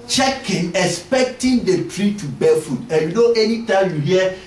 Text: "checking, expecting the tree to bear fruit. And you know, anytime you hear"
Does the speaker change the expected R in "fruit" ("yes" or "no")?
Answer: yes